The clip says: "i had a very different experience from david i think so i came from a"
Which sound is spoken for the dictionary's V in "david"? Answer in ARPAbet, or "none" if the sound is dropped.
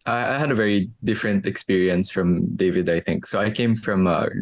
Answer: V